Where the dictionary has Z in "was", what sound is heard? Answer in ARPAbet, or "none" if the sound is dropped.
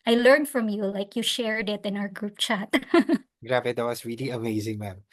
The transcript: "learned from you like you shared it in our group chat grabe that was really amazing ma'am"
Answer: S